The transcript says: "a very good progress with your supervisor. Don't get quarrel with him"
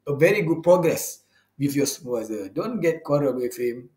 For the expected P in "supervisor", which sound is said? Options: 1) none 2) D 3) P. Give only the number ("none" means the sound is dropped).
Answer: 1